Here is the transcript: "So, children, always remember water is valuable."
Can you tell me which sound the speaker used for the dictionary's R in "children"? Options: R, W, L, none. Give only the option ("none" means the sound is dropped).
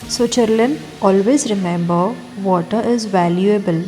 L